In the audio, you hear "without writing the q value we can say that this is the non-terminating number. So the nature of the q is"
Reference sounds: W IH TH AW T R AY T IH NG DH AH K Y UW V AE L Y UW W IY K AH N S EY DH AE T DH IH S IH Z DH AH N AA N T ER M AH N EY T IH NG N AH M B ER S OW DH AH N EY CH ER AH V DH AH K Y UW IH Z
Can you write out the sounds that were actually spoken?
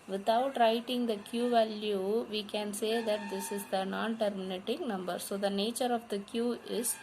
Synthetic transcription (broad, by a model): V IH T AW T R AY T IH NG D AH K Y UW V AE L Y UW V IY K AH N S EY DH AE T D IH S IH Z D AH N AA N T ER M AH N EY T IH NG N AH M B ER S OW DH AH N EY CH ER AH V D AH K Y UW IH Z